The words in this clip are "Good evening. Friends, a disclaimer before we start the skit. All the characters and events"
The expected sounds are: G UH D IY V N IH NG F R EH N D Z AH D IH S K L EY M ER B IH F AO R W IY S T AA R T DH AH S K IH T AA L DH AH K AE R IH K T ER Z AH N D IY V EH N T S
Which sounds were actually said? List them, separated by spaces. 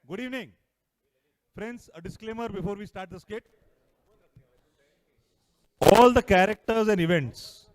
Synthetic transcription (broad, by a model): G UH D IY V N IH NG F R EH N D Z AH D IH S K L EY M ER B IH F AO R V IY S T AA R T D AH S K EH T AA L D AH K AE R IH K T ER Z AH N D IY V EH N T S